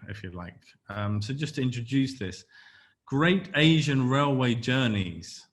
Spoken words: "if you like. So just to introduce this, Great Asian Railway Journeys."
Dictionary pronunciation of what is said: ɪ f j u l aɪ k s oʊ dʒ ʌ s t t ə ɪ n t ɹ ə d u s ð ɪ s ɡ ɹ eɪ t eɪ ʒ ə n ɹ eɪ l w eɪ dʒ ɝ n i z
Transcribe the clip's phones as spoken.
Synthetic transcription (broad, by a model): ɪ f j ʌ l aɪ k s oʊ dʒ ʌ s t t ə ɪ n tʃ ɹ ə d u s ð ɪ s ɡ ɹ eɪ t eɪ ʒ ə n ɹ eɪ l w eɪ dʒ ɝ n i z